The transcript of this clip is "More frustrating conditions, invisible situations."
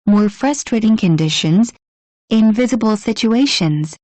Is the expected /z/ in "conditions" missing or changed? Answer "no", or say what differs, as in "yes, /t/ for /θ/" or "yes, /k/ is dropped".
no